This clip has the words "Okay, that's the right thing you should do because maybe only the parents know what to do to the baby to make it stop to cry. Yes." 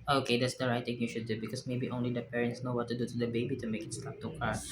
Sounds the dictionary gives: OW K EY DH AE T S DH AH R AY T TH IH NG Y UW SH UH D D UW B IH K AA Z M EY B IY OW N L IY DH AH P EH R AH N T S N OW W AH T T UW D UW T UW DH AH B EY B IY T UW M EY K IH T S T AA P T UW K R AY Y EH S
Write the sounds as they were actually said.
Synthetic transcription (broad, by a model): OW K EY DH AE T S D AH R AY T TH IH NG Y UW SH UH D D UW B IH K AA S M EY B IY OW N L IY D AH P EH R AH N T S N OW W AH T T UW D UW T UW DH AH B EY B IY T UW M EY K IH T S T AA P T UW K AY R